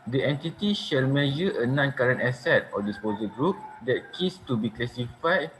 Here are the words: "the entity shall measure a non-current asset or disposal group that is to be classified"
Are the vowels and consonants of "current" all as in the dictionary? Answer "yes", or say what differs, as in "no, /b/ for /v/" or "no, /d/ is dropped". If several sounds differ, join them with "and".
yes